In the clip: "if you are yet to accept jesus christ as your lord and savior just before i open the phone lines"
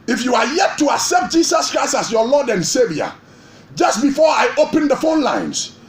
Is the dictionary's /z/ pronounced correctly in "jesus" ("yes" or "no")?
no